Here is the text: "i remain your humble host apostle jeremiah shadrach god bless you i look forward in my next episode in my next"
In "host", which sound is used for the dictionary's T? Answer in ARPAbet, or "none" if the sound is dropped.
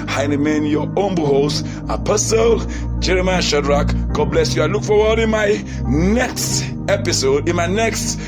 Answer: none